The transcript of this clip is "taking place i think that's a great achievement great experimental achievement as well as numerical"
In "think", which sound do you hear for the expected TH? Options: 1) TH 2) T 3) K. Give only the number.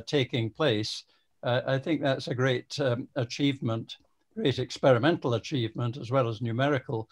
1